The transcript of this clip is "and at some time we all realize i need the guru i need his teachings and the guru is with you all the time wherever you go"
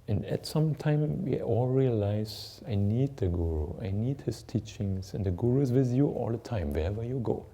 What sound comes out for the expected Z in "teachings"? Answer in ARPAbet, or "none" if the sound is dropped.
S